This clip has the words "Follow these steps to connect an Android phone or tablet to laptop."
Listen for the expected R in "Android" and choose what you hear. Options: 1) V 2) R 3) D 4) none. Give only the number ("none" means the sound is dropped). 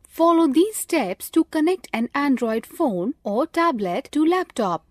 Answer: 2